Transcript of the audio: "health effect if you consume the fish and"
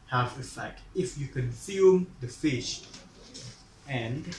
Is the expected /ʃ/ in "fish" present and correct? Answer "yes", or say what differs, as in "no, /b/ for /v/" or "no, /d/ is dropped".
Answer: yes